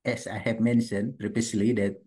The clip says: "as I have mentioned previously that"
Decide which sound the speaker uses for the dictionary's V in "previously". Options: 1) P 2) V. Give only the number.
1